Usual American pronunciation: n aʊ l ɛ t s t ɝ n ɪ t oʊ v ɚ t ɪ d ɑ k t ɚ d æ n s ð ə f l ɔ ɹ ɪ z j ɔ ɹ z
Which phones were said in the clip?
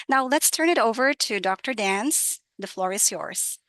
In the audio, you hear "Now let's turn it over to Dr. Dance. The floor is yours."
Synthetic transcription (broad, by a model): n aʊ l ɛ t s t ɝ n ɪ t oʊ v ɚ t ɪ d ɑ k t ɚ d æ n s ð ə f l ɔ ɹ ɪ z j ɔ ɹ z